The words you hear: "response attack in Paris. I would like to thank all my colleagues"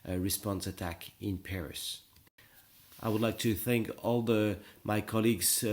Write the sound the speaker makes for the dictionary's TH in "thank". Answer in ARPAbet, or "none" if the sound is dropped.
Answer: TH